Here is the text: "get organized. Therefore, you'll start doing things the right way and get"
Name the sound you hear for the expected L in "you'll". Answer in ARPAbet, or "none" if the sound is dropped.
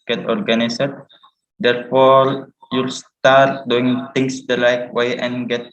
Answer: L